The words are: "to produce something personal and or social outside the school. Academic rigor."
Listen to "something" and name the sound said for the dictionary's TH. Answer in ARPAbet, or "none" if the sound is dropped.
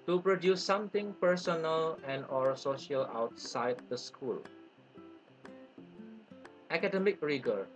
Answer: T